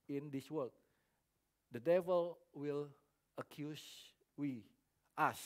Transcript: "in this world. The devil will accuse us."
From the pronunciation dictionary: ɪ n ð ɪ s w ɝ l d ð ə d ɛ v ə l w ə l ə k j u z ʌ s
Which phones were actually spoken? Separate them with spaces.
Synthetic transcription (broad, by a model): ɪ n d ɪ s w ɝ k d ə d ɛ v ə l w ə l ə k j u s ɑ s